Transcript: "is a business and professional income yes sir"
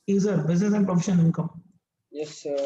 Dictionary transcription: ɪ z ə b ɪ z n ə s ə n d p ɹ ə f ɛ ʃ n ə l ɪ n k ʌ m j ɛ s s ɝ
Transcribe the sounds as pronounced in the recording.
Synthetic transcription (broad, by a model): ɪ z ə b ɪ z n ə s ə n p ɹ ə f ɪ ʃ ə n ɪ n k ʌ m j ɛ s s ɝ